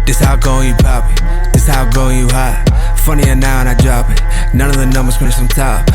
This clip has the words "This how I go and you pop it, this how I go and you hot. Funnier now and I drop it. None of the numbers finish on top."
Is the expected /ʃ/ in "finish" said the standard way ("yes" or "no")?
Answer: no